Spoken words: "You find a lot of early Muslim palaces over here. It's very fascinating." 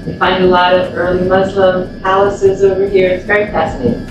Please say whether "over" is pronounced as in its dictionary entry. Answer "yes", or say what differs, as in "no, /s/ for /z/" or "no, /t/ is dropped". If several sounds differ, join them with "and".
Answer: yes